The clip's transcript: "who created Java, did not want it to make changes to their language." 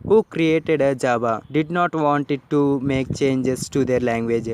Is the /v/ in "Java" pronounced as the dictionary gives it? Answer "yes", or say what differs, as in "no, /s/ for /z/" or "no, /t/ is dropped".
no, /b/ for /v/